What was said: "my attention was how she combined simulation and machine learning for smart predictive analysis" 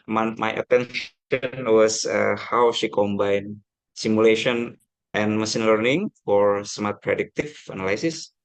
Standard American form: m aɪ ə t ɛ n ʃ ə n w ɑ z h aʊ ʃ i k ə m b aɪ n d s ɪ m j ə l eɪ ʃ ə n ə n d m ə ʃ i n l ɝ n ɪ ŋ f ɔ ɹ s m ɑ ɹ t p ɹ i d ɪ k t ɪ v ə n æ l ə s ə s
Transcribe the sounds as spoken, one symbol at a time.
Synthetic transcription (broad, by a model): m aɪ ə t ɛ n ʃ ə n w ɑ s h aʊ ʃ i k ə m b aɪ n s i m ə l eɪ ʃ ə n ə n m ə s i n l ɝ n ɪ ŋ f ɔ ɹ s m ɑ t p ɹ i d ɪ k t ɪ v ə n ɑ l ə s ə s